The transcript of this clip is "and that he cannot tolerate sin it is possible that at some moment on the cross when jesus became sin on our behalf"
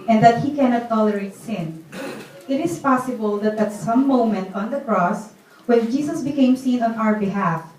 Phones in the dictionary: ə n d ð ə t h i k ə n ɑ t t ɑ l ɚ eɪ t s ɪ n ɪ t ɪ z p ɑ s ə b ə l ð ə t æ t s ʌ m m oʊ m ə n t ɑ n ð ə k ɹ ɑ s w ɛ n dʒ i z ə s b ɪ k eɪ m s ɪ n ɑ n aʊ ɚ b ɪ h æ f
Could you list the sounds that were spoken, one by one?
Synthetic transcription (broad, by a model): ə n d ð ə t h i k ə n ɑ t t ɑ l ɚ eɪ t s ɪ n ɪ t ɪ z p ɑ s ə b ə l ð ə t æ t s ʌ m m oʊ m ə n t ɑ n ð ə k ɹ ɑ s w ɛ n dʒ i s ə s b ɪ k eɪ m s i n ɑ n aʊ ɚ b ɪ h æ f